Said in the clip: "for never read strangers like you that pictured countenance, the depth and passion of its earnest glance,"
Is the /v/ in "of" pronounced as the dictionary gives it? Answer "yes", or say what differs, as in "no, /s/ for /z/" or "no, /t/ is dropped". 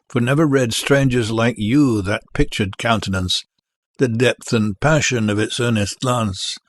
yes